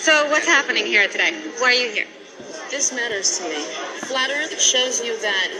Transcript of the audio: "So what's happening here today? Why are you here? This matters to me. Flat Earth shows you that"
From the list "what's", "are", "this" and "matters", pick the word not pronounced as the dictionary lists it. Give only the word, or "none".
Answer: none